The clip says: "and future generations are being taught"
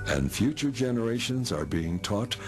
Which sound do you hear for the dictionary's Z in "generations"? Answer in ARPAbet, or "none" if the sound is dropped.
Z